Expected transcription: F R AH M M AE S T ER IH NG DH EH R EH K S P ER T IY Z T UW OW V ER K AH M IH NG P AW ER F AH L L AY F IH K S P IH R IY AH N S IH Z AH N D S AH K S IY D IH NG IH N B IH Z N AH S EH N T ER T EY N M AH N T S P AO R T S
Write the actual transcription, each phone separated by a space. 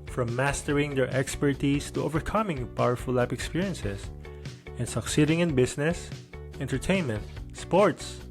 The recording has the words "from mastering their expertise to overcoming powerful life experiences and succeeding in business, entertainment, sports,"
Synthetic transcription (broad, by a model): F R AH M M AE S T ER IH NG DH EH R EH K S P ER T IY S T UW OW V ER K AH M IH NG P AW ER F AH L L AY P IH K S P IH R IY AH N S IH S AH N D S AH K S IY D IH NG IH N B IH S N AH S EH N T ER T EY N M AH N T S P AO R T S